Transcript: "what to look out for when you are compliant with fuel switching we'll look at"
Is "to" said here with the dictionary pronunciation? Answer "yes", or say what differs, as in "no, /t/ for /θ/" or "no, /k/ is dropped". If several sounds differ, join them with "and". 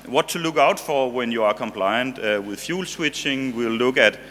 yes